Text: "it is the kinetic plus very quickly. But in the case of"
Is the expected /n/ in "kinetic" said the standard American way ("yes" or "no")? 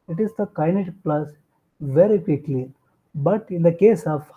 no